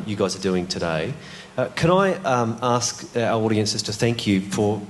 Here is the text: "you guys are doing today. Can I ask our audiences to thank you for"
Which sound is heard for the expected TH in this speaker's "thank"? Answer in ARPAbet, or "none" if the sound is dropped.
TH